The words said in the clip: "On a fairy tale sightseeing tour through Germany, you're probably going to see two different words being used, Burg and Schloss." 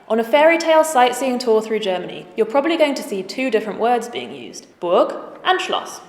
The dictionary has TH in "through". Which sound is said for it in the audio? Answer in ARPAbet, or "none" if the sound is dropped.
TH